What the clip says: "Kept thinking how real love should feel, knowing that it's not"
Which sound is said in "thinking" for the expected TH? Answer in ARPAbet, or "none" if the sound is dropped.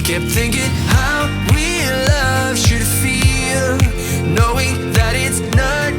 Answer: TH